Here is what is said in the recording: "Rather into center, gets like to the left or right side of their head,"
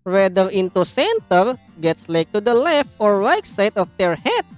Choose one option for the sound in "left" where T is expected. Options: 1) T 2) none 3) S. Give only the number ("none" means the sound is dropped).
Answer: 1